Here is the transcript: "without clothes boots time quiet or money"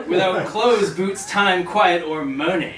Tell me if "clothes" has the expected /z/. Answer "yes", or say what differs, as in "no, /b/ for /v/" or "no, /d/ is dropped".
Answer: yes